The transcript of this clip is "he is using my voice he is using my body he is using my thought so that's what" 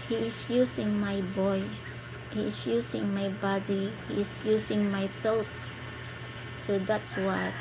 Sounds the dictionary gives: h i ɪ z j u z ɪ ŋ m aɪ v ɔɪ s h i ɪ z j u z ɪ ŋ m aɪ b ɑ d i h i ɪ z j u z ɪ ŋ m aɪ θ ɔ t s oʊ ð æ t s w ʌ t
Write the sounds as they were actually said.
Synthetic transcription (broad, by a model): h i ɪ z j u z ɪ ŋ m aɪ b ɔɪ s h i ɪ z j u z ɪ ŋ m aɪ b ɑ d i h i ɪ s j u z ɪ ŋ m aɪ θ ɔ t s oʊ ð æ t s w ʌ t